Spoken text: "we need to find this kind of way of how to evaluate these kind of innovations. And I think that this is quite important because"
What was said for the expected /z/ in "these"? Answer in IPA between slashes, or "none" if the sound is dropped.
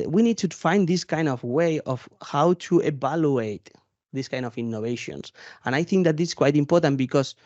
/s/